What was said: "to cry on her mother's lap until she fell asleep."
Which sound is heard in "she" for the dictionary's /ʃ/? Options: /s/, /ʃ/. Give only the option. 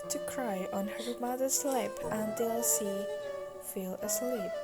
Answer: /s/